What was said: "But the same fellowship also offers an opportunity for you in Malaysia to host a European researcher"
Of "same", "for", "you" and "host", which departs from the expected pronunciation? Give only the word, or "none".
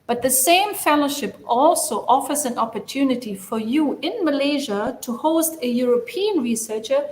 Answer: none